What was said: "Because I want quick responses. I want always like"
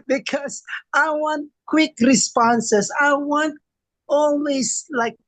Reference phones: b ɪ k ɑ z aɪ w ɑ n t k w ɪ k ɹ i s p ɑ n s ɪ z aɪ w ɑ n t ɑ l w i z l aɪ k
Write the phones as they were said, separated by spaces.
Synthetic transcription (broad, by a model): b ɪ k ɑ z aɪ w ɑ n t k w ɪ k ɹ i s p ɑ n s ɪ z aɪ w ɑ n t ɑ l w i s l aɪ k